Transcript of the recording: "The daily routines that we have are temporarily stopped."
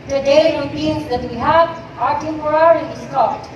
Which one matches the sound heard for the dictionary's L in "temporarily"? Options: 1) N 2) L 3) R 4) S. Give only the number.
1